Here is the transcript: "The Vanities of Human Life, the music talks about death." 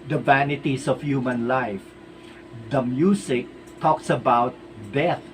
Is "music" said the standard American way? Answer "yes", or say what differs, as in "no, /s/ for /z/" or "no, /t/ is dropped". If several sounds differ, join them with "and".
no, /s/ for /z/